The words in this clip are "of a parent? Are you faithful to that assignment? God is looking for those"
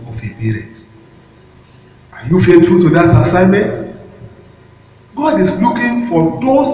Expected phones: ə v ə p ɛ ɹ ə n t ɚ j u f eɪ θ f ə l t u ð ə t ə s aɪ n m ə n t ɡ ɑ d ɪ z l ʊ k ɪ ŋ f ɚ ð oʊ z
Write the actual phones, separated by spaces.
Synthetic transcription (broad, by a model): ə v ə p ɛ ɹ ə t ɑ j u f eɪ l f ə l t u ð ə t ə s aɪ n m ə n t ɡ ɑ d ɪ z l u k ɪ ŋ f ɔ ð oʊ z